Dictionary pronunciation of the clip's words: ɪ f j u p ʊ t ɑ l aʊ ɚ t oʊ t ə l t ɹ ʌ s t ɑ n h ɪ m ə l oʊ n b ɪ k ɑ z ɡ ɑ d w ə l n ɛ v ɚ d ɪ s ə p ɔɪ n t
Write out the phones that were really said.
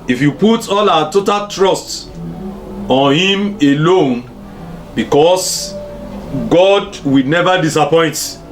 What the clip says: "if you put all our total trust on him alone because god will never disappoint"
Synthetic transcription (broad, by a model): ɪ f j u p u t ɑ l aʊ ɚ t oʊ t ə l t ɹ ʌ s t ɑ n h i m ə l oʊ n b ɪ k ɑ s ɡ ɑ d w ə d n ɛ v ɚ d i s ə p ɔɪ n t